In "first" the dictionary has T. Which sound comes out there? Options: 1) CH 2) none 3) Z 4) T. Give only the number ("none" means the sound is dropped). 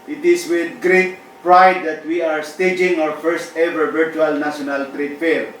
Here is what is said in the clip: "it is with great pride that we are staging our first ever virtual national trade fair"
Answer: 4